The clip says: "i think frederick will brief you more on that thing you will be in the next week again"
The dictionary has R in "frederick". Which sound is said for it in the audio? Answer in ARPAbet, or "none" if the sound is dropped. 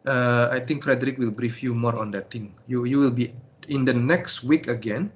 R